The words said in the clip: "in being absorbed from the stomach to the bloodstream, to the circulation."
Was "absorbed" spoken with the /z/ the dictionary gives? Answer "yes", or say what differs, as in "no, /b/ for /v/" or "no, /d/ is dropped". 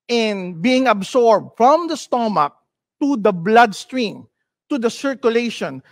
no, /s/ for /z/